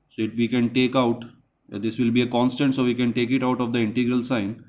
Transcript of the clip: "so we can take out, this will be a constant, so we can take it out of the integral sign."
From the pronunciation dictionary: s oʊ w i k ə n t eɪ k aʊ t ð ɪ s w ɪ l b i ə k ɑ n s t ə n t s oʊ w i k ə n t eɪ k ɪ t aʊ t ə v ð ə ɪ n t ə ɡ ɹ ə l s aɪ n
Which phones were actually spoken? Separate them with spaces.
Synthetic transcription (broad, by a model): s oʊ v i k ə n t eɪ k aʊ t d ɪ s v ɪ l b i ə k ɑ n s t ə n t s oʊ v i k ə n t eɪ k ɪ t aʊ t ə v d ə ɪ n t ə ɡ ɹ ə l s aɪ n